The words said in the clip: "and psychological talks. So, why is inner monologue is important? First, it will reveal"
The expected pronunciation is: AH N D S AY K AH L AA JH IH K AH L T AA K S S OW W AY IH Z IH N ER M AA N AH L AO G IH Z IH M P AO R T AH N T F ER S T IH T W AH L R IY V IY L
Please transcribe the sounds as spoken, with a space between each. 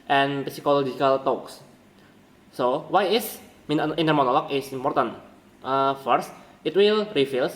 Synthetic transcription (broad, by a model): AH N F S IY K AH L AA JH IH K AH L T AA K S S OW W AY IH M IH N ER M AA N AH L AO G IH S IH M P AO R T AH N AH F ER S T IH T W AH L R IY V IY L